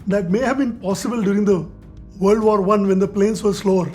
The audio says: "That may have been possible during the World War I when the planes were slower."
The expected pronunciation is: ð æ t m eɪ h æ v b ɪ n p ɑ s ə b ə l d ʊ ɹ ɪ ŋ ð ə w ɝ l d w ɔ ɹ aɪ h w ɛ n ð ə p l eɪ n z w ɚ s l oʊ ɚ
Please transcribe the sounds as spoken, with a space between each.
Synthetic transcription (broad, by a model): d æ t m eɪ h æ v b ɪ n p ɑ s ə b ə l d ʊ ɹ ɪ ŋ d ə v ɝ l d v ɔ ɹ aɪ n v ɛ n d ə p l eɪ n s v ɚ s l oʊ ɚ